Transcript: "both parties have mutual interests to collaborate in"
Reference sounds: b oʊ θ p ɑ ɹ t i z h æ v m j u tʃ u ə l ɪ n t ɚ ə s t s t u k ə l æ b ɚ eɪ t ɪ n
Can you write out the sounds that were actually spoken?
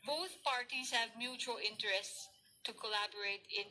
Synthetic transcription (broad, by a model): b oʊ θ p ɑ ɹ t i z h æ v m j u tʃ u ə l ɪ n t ɚ ə s t s t u k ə l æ b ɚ eɪ t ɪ n